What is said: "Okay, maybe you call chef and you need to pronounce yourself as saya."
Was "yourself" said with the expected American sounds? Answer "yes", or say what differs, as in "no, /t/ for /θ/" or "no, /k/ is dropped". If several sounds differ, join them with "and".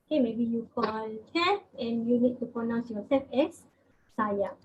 no, /l/ is dropped